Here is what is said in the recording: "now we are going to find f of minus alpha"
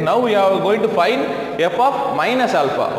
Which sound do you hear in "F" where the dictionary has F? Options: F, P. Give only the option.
P